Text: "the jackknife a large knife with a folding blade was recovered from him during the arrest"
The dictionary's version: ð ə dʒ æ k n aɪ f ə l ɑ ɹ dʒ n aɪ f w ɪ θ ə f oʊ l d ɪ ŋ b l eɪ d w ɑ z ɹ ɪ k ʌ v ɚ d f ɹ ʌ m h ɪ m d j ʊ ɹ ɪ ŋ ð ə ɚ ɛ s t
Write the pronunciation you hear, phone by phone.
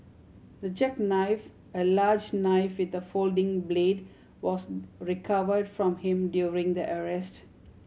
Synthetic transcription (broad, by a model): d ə dʒ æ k n aɪ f ə l ɑ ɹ dʒ n aɪ f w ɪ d ə f oʊ l d ɪ ŋ b l eɪ d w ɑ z ɹ ɪ k ʌ v ɚ d f ɹ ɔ m h ɪ m d j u ɹ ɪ ŋ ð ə ɚ ɛ s t